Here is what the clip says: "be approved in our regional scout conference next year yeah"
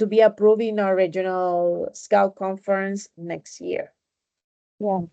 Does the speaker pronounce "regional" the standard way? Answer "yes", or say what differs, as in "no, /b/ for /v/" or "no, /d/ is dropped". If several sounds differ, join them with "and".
yes